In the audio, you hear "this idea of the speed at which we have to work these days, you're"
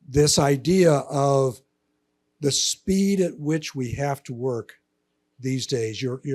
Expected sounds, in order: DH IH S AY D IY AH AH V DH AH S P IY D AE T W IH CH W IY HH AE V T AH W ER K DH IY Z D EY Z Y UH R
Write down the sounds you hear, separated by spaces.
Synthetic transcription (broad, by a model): DH IH S AY D IY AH AH V DH AH S P IY D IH T W IH CH W IY HH AE F T AH W ER K DH IY Z D EY Z Y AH R